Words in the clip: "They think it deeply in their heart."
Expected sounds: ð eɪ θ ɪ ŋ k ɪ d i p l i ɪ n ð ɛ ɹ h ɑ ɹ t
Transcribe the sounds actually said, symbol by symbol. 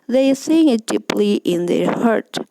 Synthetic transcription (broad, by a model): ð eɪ s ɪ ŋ ɪ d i p l i ɪ n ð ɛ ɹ h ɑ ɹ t